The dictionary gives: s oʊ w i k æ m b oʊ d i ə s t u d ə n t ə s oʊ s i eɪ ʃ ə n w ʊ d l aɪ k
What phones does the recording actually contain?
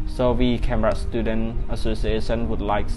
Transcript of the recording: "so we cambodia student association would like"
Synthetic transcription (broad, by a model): s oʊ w i k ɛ m oʊ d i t s t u d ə n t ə s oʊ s i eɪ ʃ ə n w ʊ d l aɪ k